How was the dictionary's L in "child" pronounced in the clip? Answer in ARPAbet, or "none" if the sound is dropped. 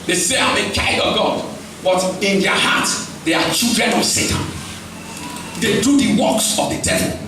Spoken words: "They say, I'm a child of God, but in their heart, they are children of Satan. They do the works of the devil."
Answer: none